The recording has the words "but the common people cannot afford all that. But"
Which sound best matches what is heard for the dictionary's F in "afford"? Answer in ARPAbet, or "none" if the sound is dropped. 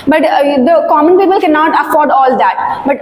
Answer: F